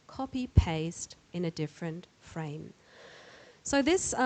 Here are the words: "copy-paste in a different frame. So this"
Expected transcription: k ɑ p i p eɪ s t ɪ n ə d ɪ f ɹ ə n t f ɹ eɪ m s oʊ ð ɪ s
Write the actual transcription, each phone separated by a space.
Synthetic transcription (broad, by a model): k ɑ p i p eɪ s t ɪ n ə d ɪ f ɹ ə n t f ɹ eɪ m s oʊ ð ɪ s